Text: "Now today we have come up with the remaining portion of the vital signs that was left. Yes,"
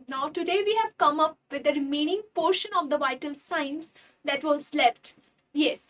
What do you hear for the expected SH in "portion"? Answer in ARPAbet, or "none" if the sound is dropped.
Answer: SH